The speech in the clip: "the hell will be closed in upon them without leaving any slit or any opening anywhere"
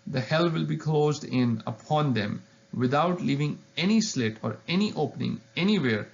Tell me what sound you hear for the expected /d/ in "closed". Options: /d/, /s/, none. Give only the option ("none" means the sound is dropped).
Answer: /d/